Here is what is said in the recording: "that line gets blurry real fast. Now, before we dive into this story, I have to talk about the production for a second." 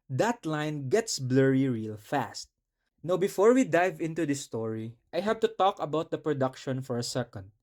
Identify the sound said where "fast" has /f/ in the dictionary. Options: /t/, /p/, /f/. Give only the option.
/f/